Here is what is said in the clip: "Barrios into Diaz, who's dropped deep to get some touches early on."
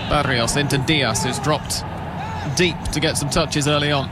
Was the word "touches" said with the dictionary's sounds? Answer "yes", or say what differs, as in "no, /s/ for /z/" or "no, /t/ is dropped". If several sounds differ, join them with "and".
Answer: yes